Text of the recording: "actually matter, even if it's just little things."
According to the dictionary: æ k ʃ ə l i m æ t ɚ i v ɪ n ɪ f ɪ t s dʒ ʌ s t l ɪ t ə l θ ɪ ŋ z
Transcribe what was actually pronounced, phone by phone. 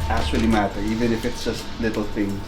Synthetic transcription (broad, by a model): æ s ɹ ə l i m æ t ɚ i v ɪ n ɪ f ɪ t s dʒ ʌ s t l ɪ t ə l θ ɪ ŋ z